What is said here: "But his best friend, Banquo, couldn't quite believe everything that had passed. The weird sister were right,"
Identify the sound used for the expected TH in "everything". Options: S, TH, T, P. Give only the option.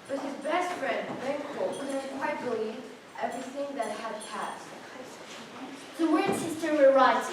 TH